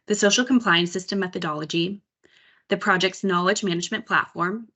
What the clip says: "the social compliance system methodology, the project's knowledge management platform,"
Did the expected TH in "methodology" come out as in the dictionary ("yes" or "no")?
yes